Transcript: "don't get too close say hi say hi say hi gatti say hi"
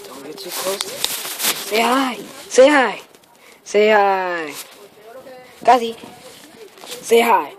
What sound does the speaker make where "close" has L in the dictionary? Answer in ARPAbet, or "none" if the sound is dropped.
none